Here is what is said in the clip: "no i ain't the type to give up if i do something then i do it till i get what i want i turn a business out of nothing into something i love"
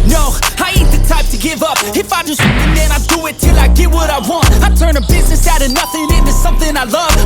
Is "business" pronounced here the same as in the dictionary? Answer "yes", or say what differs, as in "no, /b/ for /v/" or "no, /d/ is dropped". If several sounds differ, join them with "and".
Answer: yes